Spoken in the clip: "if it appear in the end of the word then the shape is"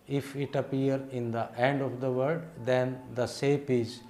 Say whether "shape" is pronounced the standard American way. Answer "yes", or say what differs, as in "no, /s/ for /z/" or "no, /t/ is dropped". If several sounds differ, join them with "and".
no, /s/ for /ʃ/